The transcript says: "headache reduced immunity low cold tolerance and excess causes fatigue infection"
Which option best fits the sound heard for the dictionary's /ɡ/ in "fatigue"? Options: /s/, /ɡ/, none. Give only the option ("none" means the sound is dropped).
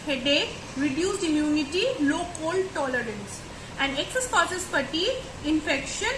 none